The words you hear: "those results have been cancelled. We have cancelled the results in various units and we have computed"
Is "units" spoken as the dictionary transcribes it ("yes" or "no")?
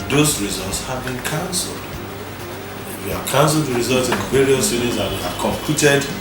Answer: no